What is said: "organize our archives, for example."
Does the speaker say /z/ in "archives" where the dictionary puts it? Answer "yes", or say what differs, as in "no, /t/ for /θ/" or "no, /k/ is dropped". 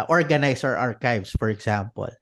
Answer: no, /s/ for /z/